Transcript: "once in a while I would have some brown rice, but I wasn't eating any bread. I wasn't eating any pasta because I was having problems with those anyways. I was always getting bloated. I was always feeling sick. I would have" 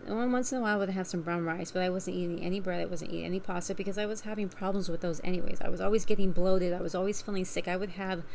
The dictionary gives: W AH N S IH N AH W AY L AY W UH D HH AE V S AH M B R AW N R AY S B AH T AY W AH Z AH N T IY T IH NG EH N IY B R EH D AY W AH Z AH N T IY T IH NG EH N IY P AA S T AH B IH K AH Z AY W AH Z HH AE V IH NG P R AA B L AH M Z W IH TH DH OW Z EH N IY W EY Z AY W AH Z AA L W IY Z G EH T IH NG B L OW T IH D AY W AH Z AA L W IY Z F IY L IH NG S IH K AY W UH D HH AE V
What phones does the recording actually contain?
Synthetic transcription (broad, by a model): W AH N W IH N AH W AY AY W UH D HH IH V S AH M B R AW N R AY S B AH T AY W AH Z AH N T IY T IH NG EH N IY B R EH D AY W AH Z AH N T IY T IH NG EH N IY P AA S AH B IH K AH Z AY W AH Z HH AE V IH NG P R AA B L AH M Z W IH DH OW Z EH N IY W EY Z AY W AH Z AA L W IY Z G EH T IH NG B L OW T IH D AY W AH Z AA L W IY Z F IY L IH NG S IH K AY W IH D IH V